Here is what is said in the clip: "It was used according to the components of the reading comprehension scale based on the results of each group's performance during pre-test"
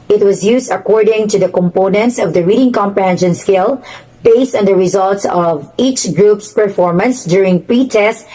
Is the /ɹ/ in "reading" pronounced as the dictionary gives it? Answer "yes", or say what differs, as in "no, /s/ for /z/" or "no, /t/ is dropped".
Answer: yes